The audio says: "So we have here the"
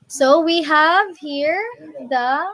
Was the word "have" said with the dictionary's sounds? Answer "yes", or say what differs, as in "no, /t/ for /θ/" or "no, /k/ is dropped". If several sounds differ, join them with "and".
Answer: yes